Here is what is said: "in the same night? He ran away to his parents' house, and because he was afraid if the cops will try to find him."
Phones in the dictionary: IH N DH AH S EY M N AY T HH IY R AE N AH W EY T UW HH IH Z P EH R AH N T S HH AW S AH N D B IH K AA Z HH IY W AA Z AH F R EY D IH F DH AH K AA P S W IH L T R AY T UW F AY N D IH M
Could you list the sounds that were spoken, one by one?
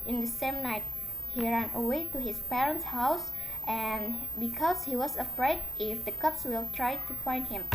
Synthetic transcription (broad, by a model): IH N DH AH S EY M N AY T HH IY R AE N AH W EY T UW HH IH S P EH R AH N T S HH AW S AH N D B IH K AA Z HH IY W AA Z AH F R EY D IH F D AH K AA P S W IH L T R AY T UW F AY N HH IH M